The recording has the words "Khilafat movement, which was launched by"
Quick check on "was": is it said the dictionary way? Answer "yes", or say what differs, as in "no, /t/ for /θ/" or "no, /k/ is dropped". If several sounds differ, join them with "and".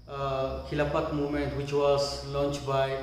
no, /s/ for /z/